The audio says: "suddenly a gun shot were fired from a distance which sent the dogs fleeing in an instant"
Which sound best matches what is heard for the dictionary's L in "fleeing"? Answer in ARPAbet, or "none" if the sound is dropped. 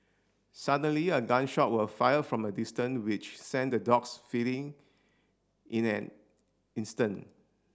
none